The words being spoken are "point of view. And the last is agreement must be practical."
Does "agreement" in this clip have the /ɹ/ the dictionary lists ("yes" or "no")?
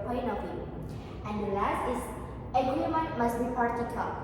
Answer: no